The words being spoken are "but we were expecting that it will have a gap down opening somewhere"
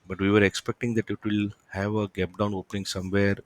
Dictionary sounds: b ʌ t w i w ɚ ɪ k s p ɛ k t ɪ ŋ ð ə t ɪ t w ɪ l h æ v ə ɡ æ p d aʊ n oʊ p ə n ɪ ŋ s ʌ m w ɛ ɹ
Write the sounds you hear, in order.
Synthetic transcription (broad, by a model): b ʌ t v i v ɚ ɪ k s p ɛ k t ɪ ŋ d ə t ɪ t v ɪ l h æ v ə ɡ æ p d aʊ n oʊ p ə n ɪ ŋ s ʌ m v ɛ ɹ